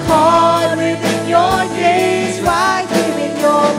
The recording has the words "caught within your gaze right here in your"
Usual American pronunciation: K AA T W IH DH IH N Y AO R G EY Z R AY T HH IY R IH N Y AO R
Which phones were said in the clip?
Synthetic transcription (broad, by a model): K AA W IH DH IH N Y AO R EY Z W AY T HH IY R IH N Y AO